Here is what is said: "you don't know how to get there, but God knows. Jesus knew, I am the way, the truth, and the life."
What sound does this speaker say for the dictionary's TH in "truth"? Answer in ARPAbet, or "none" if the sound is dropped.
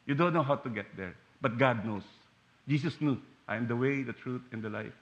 T